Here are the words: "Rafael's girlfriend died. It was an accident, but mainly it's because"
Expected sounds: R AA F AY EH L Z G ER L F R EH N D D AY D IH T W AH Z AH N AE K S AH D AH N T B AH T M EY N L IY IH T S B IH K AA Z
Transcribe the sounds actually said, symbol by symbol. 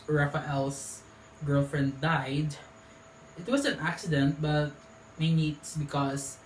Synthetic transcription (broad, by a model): R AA F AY EH L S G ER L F R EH N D D AY D IH T W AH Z AH N AE K S AH D AH N T B AH T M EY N IY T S B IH K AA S